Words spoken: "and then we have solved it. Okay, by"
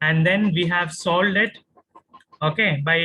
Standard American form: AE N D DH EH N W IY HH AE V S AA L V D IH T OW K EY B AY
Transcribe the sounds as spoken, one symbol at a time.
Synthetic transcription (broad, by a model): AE N D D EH N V IY HH AE V S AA L D IH T OW K EY B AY